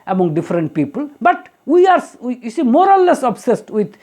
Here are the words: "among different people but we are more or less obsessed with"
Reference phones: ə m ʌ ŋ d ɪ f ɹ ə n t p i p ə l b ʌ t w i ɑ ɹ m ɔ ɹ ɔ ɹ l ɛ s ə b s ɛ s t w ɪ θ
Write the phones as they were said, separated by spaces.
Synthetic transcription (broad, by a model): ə m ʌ ŋ d ɪ f ɹ ə n t p i p ə l b ʌ t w i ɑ ɹ m ɔ ɹ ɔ l l ɛ s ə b s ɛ s t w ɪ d